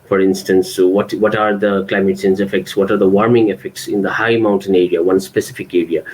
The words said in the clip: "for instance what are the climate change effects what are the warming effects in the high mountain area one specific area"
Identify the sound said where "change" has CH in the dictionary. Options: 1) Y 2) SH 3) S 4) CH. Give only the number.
3